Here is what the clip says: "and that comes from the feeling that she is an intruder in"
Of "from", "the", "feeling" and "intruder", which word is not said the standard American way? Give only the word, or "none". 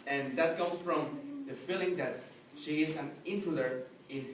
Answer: intruder